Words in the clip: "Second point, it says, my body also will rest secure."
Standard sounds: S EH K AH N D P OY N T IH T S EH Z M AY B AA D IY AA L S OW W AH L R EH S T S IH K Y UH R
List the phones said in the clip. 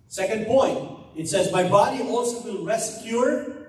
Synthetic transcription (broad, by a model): S EH K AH N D P OY N T IH T S EH Z M AY B AA D IY AA L S OW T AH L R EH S S K Y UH R